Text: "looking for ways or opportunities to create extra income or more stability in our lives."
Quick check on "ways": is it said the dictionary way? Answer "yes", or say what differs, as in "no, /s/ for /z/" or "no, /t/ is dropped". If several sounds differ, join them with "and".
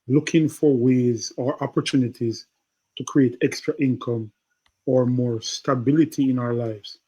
yes